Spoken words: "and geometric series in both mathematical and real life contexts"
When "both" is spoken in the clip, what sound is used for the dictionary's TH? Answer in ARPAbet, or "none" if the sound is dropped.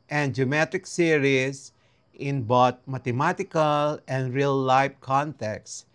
T